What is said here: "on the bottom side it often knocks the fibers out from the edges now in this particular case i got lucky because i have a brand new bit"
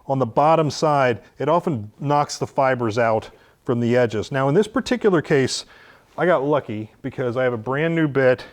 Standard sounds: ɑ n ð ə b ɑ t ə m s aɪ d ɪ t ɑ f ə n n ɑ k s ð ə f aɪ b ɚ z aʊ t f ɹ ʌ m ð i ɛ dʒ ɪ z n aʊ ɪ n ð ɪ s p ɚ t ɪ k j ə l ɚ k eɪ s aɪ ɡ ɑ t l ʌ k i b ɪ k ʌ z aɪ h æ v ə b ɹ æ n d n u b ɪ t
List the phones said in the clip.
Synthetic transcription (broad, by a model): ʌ n ð ə b ɑ t ə m s aɪ d ɪ t ɑ f ə n n ɑ k s ð ə f aɪ b ɚ z aʊ t f ɹ ʌ m ð i ɛ dʒ ɪ z n aʊ ɪ n ð ɪ s p ɚ t ɪ k j l ɚ k eɪ s aɪ ɡ ɑ t l ʌ k i b ɪ k ʌ z aɪ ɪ v ə b ɹ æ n n u b ɪ t